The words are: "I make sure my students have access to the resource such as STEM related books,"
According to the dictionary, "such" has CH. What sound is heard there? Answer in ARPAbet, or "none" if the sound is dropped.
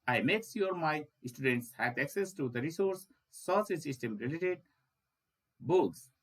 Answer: S